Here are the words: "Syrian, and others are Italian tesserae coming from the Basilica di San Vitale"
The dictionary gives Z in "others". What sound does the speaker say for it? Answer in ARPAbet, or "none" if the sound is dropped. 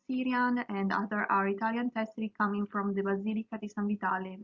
none